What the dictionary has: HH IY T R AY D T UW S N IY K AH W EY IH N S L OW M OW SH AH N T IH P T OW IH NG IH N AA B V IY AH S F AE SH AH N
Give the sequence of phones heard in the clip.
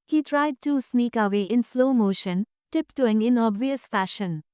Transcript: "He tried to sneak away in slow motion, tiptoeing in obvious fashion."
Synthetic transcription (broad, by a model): HH IY T R AY D T UW S N IY K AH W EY IH N S L OW M OW SH AH N T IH P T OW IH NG IH N AA B V IY AH S F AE SH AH N